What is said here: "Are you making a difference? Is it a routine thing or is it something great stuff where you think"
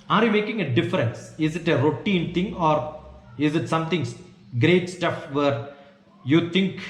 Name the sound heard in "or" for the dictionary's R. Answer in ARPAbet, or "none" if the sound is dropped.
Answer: R